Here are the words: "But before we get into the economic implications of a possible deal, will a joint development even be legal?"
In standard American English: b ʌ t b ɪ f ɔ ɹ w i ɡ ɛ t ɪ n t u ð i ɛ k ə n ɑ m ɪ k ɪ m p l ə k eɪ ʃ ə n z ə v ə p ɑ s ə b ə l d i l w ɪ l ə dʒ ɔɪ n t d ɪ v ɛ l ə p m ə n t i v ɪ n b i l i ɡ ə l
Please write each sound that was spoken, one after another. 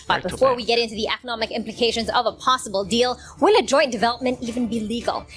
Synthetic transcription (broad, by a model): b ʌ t b ɪ f ɔ ɹ w i ɡ ɛ t ɪ n t u ð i ɛ k ə n ɑ m ɪ k ɪ m p l ə k eɪ ʃ ə n z ə v ə p ɑ s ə b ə l d i l w ɪ l ə dʒ ɔɪ n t d ɪ v ɛ l ə p m ə n t i v ɪ n b i l i ɡ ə l